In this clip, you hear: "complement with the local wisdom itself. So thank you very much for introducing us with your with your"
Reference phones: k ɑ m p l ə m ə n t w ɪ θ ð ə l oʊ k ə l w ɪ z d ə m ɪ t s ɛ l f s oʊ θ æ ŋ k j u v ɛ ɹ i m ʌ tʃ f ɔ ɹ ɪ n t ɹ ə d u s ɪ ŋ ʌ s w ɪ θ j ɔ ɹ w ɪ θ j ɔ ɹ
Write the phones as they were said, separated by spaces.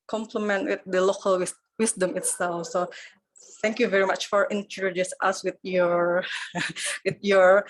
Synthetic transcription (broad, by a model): k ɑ m p l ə m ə n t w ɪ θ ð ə l oʊ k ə l w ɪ s d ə m ɪ t s ɛ l f s oʊ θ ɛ ŋ k j u v ɛ ɹ i m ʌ tʃ f ɔ ɹ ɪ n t ə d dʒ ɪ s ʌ s w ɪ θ j ɔ ɹ w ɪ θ j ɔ ɹ